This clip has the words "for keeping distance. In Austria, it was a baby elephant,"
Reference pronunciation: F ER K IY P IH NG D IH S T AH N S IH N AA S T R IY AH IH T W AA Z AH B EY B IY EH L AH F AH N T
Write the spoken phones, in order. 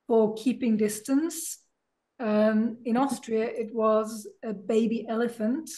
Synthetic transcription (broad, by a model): F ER K IY P IH NG D IH S T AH N S IH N AA S T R IY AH IH T W AA Z AH B EY B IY EH L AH F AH N T